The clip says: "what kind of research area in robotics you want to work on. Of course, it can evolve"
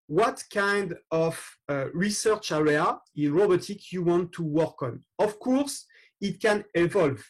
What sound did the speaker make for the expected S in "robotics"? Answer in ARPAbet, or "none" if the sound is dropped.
none